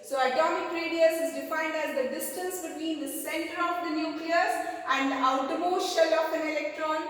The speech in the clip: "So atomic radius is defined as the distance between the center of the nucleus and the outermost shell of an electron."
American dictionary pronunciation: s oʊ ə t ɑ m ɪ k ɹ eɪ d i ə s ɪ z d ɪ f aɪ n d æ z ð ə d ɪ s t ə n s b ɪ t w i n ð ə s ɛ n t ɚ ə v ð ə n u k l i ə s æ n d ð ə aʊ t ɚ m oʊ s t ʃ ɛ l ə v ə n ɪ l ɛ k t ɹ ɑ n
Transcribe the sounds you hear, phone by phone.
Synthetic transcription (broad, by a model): s oʊ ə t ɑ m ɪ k ɹ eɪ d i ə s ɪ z d ɪ f aɪ n d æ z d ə d ɪ s t ə n s b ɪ t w i n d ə s ɛ n t ɚ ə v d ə n u k l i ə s æ n d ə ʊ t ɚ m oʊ ʃ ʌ l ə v ə n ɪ l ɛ k t ɹ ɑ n